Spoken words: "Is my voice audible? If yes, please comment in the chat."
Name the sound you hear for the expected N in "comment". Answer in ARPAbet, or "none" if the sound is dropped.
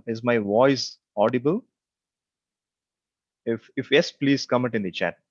none